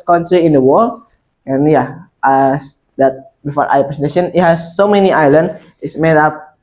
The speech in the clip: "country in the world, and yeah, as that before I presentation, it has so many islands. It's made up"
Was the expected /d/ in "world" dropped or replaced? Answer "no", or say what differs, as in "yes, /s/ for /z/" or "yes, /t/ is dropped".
yes, /d/ is dropped